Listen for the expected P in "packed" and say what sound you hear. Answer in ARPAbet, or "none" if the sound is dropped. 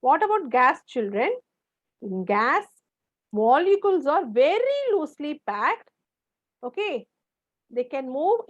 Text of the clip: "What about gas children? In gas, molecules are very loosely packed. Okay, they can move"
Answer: P